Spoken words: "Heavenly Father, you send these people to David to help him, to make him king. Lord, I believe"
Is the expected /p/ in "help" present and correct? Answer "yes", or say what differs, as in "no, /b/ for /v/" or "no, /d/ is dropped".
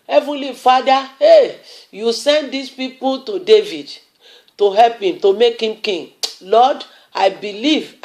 yes